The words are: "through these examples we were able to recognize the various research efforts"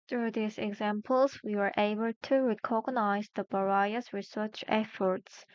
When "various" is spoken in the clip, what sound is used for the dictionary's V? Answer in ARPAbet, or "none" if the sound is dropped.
B